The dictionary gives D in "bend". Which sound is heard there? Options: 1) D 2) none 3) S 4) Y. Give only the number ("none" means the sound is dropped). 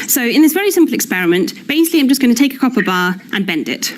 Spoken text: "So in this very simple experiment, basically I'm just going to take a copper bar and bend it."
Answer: 1